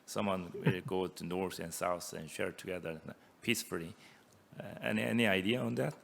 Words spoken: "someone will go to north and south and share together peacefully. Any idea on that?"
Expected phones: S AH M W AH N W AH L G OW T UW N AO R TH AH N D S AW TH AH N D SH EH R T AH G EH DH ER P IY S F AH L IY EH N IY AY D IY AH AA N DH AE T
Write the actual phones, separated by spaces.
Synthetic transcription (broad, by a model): S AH M W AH N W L G OW T UW N AO R TH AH N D S AW TH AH N SH EH R T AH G EH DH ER P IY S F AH N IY EH N IY AY D IY AH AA N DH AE T